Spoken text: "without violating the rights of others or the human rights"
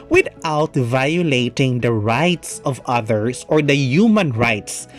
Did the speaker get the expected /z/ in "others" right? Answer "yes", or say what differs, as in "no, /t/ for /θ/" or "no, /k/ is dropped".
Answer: no, /s/ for /z/